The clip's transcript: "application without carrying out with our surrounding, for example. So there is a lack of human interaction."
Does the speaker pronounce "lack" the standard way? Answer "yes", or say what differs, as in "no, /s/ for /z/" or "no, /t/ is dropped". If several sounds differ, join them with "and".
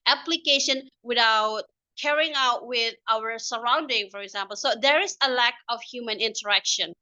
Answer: yes